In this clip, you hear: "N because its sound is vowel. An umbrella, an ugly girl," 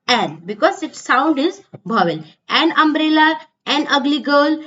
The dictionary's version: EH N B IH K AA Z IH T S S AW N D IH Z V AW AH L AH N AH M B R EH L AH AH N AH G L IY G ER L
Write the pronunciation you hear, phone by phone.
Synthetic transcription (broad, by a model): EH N B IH K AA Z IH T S S AW N D IH Z B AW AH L AH N AH M B R EH L AH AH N AH G L IY G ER L